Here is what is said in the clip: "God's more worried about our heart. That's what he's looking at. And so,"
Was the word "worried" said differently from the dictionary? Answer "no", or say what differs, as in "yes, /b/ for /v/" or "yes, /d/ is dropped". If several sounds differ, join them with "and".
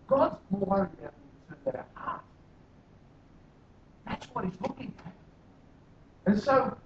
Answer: yes, /d/ is dropped